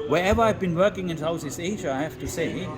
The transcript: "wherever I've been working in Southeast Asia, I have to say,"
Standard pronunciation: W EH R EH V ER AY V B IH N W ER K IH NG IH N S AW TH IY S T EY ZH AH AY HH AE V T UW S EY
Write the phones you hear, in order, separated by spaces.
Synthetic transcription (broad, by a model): W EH R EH V ER AY V B IH N W ER K IH NG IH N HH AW S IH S EY ZH AH AY HH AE F T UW S EY